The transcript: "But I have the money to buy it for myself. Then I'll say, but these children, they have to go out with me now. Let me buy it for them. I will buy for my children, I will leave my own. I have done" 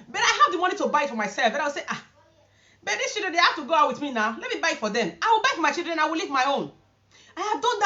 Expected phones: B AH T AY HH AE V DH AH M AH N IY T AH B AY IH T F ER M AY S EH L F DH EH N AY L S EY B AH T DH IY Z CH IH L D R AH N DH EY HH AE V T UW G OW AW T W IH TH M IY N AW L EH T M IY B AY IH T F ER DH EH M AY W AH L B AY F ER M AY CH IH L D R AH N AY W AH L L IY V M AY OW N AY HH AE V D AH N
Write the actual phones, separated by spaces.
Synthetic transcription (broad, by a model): B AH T AY HH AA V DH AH M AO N IY T AH B AY IH T F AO M AY S EH L F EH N AY W S EY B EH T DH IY S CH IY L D R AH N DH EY HH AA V T UW G OW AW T W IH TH M IY N AW L EH T M IY B AY IH T F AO DH EH M AY W AH L B AY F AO M AY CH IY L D R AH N AY W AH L L IY V M AY OW N AY HH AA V D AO N